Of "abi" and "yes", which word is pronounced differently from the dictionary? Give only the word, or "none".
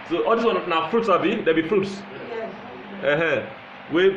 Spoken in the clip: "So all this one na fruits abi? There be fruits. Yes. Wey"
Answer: yes